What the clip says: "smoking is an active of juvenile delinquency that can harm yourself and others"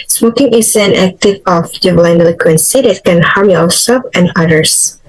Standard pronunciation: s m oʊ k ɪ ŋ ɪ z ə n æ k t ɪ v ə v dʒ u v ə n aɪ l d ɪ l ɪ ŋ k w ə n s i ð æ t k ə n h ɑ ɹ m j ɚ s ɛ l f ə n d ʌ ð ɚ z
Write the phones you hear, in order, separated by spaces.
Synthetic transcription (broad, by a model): s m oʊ k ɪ ŋ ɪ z ə n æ k t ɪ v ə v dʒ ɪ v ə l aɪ n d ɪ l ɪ k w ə n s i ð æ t k ə n h ɑ ɹ m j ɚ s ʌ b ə n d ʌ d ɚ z